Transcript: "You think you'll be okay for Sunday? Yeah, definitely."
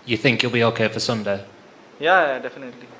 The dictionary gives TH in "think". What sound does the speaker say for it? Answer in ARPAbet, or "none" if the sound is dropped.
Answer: TH